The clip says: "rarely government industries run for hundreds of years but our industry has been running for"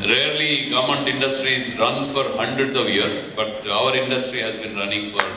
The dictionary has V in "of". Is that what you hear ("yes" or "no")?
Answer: yes